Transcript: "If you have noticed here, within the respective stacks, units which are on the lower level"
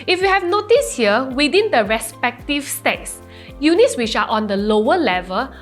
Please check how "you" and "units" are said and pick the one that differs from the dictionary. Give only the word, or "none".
none